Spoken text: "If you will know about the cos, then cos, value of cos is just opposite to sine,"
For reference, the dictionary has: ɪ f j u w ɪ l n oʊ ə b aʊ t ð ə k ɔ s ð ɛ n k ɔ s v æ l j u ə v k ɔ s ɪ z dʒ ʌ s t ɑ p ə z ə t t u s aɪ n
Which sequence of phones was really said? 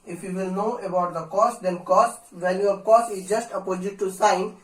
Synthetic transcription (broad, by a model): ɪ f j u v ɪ l n oʊ ə b aʊ t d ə k ɔ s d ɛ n k ɔ s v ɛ n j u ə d k ɔ s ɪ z dʒ ʌ s t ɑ p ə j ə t t u s aɪ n